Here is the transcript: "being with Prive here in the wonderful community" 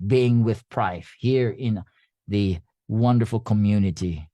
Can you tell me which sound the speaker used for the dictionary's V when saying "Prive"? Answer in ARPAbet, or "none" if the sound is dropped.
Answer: F